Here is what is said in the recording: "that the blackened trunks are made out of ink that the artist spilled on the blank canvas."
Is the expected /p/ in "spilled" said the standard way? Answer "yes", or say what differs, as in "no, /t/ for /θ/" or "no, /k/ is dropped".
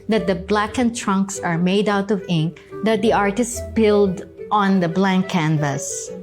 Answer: no, /b/ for /p/